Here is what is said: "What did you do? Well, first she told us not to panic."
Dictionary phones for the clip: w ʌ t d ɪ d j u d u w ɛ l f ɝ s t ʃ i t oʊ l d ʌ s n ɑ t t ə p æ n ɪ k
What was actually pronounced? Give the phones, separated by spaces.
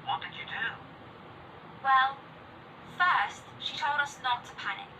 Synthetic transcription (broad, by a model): w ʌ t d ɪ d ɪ d u w ɛ l f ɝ s t ʃ i t oʊ l d ʌ s n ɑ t t ə p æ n ɪ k